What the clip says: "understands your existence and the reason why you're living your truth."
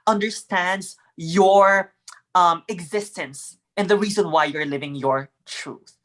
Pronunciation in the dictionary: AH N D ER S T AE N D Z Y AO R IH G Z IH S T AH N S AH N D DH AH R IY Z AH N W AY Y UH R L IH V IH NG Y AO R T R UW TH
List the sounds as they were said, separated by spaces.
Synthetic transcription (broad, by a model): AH N D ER S T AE N D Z Y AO R IH G Z IH S T AH N S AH N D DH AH R IY Z AH N W AY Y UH R L IH V IH NG Y AO R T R UW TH